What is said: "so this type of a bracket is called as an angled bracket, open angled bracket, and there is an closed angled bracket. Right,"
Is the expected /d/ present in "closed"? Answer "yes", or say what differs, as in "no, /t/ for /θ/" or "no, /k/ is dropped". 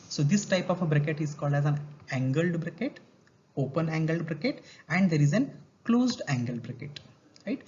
yes